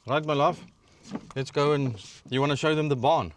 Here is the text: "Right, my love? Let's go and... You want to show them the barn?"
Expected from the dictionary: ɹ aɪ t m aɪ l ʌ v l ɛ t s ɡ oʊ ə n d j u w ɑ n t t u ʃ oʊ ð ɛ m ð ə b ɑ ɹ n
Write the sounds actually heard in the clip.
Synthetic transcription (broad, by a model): ɹ aɪ t m aɪ l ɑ f l ɛ t s ɡ oʊ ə n j u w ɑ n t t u ʃ oʊ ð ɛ m ð ə b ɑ n